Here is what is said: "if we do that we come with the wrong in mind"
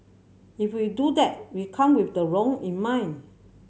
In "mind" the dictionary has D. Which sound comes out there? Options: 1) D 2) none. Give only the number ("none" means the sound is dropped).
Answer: 2